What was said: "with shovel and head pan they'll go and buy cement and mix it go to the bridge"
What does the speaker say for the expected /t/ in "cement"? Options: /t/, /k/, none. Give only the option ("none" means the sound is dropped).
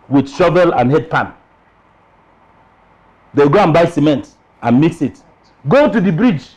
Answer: /t/